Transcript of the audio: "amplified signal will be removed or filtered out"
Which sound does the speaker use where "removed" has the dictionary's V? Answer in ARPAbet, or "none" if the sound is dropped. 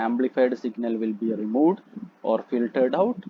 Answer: V